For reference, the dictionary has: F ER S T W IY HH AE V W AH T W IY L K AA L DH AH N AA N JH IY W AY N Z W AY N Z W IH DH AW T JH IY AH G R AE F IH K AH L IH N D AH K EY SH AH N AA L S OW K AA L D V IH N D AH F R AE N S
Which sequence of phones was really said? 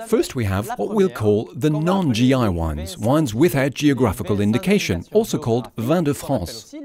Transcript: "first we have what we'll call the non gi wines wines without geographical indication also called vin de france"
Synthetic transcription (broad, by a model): F ER S T W IY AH V W AH T W IY L K AA L DH AH N AA N JH IY W AY N Z W AY N Z W IH DH AW T JH IY AH G R AE F IH K AH L IH N D AH K EY SH AH N AA L S OW K AA L D V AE N D AH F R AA S